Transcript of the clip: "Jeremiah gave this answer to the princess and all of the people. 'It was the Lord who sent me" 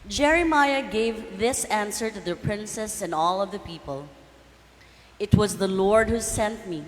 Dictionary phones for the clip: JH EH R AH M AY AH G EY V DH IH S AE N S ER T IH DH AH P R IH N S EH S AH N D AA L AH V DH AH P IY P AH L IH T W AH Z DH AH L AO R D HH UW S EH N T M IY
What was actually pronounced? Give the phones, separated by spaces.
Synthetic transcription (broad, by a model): JH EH R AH M AY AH G EY V DH IH S AE N S ER T IH DH AH P R IH N S EH S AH N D AA L AH V DH AH P IY P AH L IH T W AH Z DH AH L AO R D HH UW S EH N T M IY